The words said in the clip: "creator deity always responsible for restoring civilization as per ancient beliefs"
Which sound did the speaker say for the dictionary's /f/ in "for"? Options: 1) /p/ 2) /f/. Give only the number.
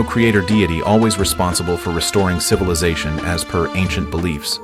2